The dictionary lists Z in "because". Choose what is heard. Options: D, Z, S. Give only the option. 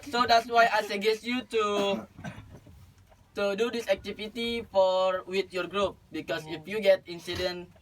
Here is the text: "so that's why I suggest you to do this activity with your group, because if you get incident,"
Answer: S